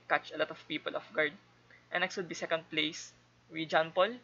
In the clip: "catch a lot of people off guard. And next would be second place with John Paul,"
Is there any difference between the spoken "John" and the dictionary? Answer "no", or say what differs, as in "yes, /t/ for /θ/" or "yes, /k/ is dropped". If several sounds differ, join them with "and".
no